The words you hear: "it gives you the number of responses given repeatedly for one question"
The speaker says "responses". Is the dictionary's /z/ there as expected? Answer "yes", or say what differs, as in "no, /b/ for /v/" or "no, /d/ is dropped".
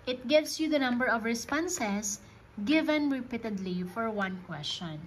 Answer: no, /s/ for /z/